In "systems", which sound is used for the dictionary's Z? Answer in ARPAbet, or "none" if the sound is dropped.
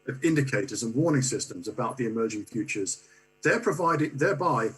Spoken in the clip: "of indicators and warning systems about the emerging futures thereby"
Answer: Z